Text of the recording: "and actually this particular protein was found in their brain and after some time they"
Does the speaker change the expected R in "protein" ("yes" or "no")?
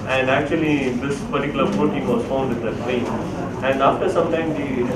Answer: yes